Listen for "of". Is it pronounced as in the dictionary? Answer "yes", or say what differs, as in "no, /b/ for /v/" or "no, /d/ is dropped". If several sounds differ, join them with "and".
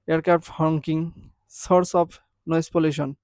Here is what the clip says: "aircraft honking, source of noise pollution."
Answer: no, /p/ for /v/